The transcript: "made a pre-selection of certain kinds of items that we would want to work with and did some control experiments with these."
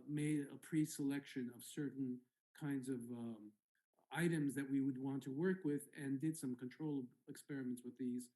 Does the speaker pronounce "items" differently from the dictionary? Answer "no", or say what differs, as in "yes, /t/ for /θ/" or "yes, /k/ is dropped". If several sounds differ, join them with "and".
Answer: no